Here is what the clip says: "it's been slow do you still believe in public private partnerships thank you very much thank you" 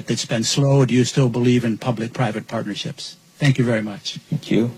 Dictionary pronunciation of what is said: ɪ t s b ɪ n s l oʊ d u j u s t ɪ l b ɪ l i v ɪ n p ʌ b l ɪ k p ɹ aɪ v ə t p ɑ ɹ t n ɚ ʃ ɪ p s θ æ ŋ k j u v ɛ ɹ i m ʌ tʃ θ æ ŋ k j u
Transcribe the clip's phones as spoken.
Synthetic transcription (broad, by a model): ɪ t s b ɪ n s l oʊ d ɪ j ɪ s t ɪ l b ɪ l i v ɪ n p ʌ b l ɪ k p ɹ aɪ v ə t p ɑ ɹ t n ɚ ʃ ɪ p s θ æ ŋ k j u v ɛ ɹ i m ʌ tʃ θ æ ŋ k j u